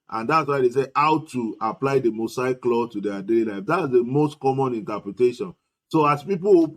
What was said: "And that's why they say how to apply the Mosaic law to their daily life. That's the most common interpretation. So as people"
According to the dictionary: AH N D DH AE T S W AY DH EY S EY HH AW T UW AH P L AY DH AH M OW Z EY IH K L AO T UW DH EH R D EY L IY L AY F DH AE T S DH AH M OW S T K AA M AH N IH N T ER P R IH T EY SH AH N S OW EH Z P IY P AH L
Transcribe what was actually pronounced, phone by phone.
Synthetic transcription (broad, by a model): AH N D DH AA T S W AY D EY S EY HH AW T UW AH P L AY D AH M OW S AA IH K L AO T UW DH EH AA D EY L IY L AY F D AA T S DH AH M OW S T K AA M AH N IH N T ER P R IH T EY SH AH N S OW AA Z P IY P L